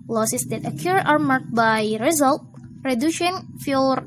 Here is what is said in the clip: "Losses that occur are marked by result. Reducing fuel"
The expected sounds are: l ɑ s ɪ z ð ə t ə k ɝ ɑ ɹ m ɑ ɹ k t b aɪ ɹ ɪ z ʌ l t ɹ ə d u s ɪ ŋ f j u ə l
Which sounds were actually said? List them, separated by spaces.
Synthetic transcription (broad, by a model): l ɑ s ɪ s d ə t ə k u ɑ ɹ m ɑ ɹ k b aɪ ɹ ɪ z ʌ l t ɹ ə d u ʃ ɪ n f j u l